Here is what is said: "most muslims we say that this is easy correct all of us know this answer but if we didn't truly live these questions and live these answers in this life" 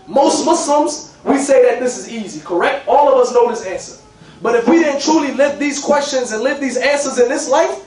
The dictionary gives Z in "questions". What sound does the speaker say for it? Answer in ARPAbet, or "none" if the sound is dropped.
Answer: Z